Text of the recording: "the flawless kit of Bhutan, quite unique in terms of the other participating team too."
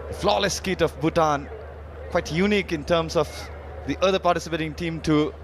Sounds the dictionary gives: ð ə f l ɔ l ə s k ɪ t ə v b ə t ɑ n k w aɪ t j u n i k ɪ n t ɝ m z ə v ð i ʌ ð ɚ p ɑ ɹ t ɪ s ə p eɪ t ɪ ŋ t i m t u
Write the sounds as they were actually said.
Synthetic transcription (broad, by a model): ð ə f l ɔ l ə s k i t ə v b ə t ɑ n k w aɪ t j u n i k ɪ n t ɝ m s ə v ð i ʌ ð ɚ p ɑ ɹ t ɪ s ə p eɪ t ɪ ŋ t i m t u